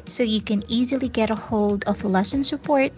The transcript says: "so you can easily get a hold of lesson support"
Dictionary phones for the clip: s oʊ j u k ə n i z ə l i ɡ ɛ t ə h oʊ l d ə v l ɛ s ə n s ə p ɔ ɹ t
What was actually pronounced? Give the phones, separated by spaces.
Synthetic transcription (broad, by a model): s oʊ j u k ə n i z ə l i ɡ ɛ t ə h oʊ l d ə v l ɛ s ə n s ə p ɔ ɹ t